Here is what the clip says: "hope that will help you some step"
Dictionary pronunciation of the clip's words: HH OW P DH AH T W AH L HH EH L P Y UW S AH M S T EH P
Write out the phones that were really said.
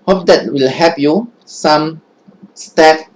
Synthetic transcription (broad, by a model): HH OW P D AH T W AH L HH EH P Y UW S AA M S T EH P